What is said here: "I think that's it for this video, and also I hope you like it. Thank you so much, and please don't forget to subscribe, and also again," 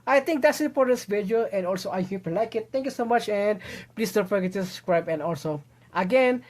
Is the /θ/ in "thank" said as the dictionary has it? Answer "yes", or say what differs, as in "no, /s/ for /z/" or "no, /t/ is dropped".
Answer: no, /t/ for /θ/